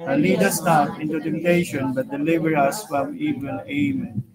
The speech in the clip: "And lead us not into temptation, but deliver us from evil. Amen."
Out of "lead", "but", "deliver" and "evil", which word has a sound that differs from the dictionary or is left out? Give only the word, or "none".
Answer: evil